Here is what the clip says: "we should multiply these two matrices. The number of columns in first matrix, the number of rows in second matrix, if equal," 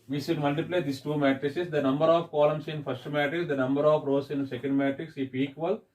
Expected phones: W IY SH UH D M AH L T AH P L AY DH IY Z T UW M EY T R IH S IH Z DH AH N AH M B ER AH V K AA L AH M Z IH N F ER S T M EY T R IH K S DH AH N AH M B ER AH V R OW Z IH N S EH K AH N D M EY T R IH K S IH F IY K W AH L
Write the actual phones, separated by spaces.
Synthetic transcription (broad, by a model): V IY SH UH D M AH L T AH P L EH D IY S T UW M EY T R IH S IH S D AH N AH M B ER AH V K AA L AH M S IH N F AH S T M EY T R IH K S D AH N AH M B ER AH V R OW S IH N S EH K AH N D M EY T R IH K S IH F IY K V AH L